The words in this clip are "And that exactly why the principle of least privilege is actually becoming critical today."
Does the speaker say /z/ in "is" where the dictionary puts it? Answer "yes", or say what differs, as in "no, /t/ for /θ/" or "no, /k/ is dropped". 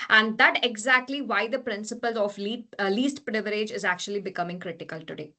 yes